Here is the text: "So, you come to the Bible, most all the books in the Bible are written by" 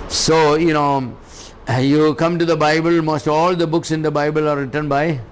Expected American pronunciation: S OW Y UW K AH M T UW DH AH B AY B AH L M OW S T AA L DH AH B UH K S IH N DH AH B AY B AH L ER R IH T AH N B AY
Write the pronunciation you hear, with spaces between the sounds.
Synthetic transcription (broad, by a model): S OW Y UW K AH M T UW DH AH B AY B AH L M OW S T AA L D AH B UH K S IH N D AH B AY B AH L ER R IH T AH N B AY